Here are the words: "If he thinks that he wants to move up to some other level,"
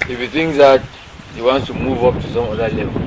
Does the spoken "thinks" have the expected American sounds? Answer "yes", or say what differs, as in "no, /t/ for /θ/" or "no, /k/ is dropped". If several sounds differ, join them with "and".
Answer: no, /k/ is dropped